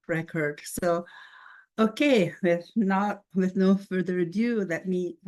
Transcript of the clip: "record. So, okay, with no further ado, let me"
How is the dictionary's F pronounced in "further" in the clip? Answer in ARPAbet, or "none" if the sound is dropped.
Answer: F